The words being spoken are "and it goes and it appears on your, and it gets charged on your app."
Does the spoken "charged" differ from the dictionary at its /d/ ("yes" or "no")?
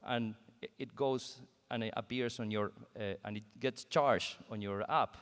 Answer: yes